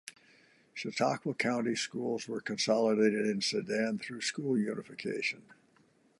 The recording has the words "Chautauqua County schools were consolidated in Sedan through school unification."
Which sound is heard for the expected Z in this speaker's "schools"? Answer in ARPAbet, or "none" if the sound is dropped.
Z